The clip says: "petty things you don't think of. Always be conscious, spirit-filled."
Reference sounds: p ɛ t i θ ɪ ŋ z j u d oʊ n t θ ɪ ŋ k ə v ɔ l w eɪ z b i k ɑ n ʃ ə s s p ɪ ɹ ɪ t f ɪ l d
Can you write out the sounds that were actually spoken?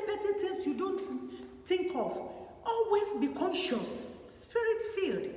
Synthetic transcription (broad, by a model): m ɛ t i t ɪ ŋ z j u d oʊ n t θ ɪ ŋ k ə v ɔ l w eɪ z b i k ɑ n ʃ ə s s p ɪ ɹ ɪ t f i l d